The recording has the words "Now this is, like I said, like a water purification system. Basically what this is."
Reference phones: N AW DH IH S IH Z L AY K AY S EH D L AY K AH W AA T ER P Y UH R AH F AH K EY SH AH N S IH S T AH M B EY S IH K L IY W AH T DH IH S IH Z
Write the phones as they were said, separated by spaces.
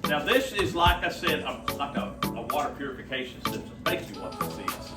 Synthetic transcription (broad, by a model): N AW DH IH S IH Z L AY K AY S EH D L AY K AH W AA T ER P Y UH R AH F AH K EY SH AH N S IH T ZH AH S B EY IH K IY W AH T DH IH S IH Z